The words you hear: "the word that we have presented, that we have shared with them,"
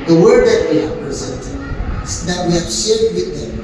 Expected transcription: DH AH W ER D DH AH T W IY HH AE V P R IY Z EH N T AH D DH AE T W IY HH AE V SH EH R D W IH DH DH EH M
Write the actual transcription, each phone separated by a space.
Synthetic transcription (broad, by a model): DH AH W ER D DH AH T W IY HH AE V P R IY Z EH N T AH D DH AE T W IY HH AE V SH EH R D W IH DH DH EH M